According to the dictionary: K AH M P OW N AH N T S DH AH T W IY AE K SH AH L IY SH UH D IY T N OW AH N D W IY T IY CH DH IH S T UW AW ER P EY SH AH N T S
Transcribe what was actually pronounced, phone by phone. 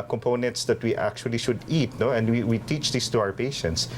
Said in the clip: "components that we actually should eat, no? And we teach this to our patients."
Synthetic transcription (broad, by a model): K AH M P OW N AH N T S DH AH T W IY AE K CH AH L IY SH UH D IY T N OW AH N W W IY T IY CH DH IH S T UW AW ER P EY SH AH N T S